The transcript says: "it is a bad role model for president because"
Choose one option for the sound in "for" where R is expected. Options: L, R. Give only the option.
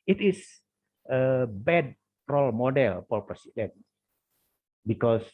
L